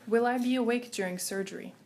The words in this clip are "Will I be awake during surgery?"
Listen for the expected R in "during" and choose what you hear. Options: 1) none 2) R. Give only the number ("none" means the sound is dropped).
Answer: 2